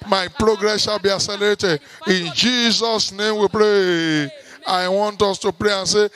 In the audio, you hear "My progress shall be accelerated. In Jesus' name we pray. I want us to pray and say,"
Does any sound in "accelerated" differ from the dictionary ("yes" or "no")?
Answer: yes